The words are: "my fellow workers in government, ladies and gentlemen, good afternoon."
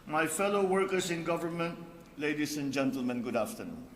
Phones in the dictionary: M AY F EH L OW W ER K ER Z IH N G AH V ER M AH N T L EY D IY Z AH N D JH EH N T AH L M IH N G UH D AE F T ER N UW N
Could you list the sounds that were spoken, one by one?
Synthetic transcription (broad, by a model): M AY F EH L OW W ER K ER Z IH N G AH V ER M AH N T L EY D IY S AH N JH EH N T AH L M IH N G UH D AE F T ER N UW N